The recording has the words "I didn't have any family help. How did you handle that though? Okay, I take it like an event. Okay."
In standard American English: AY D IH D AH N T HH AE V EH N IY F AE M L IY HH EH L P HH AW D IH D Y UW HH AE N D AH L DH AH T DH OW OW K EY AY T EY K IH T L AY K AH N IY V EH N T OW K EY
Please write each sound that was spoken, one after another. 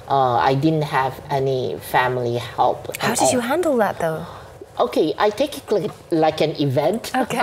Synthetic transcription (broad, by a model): AY D IH D AH N T HH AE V EH N IY F AE M L IY HH EH L P HH AW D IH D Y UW HH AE N D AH L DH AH T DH OW OW K EY AY T EY K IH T L AY K AH N IY V EH N T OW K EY